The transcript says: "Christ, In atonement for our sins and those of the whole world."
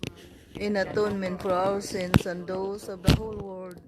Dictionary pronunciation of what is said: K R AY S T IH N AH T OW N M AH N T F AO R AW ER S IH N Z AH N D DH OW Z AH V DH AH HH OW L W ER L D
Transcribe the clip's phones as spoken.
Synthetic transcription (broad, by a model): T IH N AH T OW N M AH N T F AO R AW ER S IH N S AH N D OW S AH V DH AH HH OW L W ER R D